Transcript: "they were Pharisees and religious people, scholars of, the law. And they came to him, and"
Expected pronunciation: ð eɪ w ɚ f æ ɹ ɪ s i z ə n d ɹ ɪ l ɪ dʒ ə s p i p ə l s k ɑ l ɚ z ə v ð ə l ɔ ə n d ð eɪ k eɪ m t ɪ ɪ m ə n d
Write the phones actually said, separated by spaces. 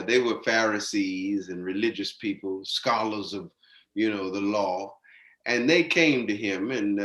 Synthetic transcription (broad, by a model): ð eɪ w ɚ f æ ɹ ɪ s i z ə n ɹ ɪ l ɪ dʒ ə s p i p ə l s k ɑ l ɚ z ə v ð ə l ɔ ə n ð eɪ k eɪ m t ɪ ɪ m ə n